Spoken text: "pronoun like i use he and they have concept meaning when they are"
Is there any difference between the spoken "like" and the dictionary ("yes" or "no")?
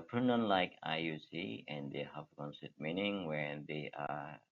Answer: no